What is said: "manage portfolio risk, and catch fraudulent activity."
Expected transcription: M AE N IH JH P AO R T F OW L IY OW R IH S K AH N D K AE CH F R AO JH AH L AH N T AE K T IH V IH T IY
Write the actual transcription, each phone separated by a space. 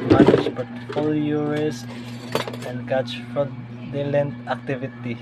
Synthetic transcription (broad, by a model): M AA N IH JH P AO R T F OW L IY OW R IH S AH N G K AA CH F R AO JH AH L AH N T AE K T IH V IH T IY